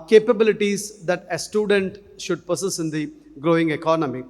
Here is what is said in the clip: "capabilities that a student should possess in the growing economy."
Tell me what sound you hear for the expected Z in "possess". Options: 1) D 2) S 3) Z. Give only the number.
2